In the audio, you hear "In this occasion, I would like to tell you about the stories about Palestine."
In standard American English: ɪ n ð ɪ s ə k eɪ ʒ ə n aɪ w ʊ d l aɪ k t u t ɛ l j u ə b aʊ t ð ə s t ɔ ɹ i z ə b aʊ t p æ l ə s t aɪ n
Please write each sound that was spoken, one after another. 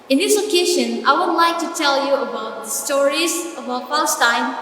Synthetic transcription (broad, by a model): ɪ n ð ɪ s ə k eɪ ʃ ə n aɪ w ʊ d l aɪ k t u t ɛ l j u ə b aʊ t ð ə s t ɔ ɹ i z ə b aʊ t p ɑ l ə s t aɪ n